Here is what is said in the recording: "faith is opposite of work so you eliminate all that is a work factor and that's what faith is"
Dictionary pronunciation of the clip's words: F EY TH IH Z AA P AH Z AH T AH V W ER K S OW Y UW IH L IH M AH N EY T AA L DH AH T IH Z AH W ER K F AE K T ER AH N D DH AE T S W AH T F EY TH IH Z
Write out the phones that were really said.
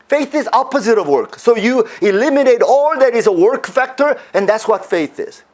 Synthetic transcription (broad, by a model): F EY TH IH Z AA P AH Z AH T AH V W ER K S OW Y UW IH L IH M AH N EY T AA L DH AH T IH Z AH W ER K F AE K T ER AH N DH AE T S W AH T F EY TH IH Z